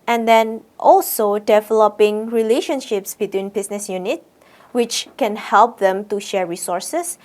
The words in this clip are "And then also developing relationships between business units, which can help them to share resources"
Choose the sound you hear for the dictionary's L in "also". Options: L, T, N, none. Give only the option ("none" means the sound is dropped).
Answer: L